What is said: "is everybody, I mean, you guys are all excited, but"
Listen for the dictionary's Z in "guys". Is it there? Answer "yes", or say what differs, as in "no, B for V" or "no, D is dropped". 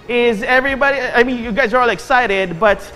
yes